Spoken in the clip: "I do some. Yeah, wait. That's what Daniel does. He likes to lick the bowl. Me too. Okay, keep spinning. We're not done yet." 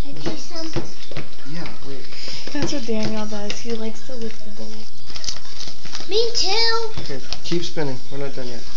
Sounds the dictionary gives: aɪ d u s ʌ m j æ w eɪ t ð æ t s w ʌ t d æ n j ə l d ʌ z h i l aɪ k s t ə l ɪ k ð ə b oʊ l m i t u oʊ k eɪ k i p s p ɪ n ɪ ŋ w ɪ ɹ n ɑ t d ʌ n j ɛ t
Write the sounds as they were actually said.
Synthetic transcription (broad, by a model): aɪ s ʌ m j æ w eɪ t ð æ t s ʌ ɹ d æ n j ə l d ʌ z h i l aɪ k s t ə w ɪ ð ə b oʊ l m i t u oʊ k eɪ k i p s p ɪ n ɪ ŋ w ɪ ɹ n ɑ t d ʌ n j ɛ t